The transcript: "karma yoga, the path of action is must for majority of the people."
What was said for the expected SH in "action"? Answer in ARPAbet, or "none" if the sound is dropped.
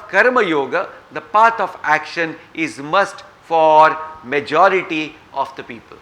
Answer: SH